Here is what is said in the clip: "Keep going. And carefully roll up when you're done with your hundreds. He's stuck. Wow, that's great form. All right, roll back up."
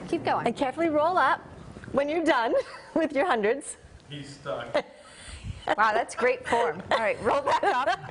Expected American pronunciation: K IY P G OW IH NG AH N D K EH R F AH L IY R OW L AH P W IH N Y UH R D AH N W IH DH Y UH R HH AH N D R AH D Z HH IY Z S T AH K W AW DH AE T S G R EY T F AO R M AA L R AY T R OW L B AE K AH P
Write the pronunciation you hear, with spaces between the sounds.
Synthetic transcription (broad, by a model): K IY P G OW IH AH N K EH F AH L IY R OW L AH P W IH N Y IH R D AH N W IH DH Y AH R HH AH N D R AH D Z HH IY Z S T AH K W AW DH AE T S G R EY T F AO R M R AY T R OW L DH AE AH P